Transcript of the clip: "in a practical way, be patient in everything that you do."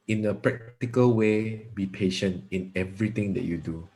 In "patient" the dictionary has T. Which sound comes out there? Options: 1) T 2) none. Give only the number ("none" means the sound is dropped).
1